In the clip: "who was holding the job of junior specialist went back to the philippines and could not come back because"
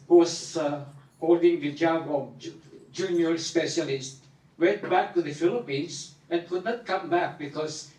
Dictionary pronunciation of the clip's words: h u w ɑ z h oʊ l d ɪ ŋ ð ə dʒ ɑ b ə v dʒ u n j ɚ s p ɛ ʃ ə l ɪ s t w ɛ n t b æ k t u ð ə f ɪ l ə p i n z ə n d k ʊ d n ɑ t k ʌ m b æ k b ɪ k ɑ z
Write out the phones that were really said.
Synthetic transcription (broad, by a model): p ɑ s h oʊ l d ɪ ŋ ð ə dʒ ɑ b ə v dʒ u n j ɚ s p ɛ ʃ ə l ɪ s t w ɛ n t b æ k t u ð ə f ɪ l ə p i n s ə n k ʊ d n ɑ t k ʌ m b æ k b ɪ k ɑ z